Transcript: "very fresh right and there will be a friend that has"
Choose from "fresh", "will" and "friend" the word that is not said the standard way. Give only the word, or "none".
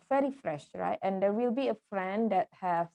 none